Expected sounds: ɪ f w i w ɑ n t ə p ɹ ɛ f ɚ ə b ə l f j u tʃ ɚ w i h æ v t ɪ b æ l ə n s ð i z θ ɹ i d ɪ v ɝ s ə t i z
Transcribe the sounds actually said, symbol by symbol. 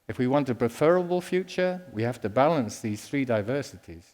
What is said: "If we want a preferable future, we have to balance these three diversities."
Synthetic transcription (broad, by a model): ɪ f w i w ɑ n t ə p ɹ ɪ f ɚ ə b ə l f j u tʃ ɚ w i h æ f t ɪ b æ l ə n s ð i z θ ɹ i d ɪ v ɝ s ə t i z